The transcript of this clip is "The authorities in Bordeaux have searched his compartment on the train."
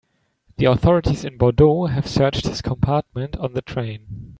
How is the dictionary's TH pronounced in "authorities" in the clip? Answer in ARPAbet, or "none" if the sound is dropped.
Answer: TH